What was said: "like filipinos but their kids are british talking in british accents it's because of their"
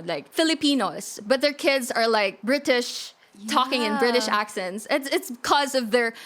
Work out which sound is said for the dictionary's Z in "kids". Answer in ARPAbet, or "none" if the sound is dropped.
Z